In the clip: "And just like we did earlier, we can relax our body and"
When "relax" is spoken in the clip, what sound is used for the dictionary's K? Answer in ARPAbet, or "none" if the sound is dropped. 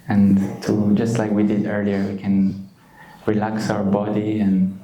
K